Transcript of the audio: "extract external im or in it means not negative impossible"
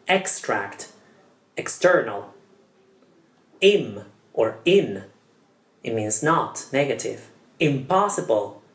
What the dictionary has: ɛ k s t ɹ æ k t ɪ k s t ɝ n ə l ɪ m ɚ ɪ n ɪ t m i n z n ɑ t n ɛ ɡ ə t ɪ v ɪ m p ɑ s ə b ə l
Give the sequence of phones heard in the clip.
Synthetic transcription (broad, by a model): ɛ k s t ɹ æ k t ɪ k s t ɝ n ə l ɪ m ɚ ɪ n ɪ t m i n z n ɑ t n ɛ ɡ ə t ɪ v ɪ m p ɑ s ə b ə l